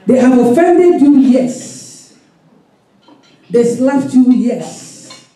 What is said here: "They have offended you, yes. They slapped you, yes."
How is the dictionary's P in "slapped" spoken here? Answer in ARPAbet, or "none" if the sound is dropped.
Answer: F